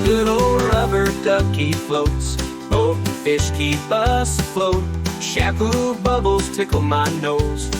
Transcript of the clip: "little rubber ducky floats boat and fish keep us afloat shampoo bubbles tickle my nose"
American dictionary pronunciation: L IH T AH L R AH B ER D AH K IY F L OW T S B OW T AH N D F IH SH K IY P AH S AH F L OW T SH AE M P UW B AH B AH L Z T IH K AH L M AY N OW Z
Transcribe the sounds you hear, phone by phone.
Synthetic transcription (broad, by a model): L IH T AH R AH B ER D AH K IY F L OW T S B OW AH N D F IH SH K IY B AH S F L OW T SH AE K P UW B AH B L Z T IH K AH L M AY N OW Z